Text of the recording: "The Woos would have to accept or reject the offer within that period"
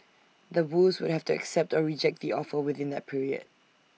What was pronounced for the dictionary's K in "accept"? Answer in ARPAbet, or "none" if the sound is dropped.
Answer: K